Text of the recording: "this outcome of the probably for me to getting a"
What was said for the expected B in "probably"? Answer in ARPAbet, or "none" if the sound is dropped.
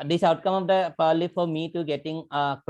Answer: none